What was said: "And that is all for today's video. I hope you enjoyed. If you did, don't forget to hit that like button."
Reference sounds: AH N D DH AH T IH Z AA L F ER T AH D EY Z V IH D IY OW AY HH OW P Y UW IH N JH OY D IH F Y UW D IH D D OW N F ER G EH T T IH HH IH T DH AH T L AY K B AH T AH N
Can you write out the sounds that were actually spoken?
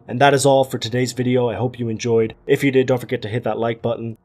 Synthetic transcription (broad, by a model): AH N DH AH T IH Z AA L F ER T AH D EY Z V IH D IY OW AY HH OW P Y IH IH N JH OY D IH F Y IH D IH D D OW N F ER G EH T T IH HH IH T DH AH T L AY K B AH T N